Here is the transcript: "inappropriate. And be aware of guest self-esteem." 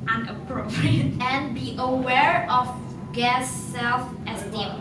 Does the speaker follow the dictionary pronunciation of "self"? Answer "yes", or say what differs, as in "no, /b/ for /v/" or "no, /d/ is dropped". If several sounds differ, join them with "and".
yes